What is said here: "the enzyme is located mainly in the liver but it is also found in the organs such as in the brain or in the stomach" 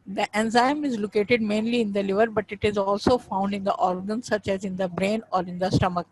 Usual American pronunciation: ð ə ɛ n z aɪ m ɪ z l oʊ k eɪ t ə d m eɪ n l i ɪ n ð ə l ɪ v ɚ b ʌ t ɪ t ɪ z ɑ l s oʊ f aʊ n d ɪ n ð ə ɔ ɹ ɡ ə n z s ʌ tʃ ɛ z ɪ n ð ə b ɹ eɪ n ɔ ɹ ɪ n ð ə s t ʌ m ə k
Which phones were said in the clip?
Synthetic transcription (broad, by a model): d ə ɛ n z aɪ m ɪ z l oʊ k eɪ t ə d m eɪ n l i ɪ n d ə l ɪ v ɚ b ʌ t ɪ t ɪ z ɑ l s oʊ f aʊ n d ɪ n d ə ɔ ɹ ɡ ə n s ʌ tʃ ɛ z ɪ n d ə b ɹ eɪ n ɔ ɹ ɪ n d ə s t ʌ m ə k